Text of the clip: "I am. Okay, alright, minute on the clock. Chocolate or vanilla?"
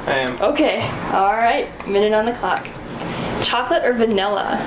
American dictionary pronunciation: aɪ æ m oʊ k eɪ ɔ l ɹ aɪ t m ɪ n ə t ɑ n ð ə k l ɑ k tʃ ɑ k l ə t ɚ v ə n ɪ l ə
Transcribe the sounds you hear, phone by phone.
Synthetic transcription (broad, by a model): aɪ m oʊ k eɪ ɔ l ɹ aɪ t m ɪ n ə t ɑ n ð ə k l ɑ k tʃ ɑ k l ə t ɚ v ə n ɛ l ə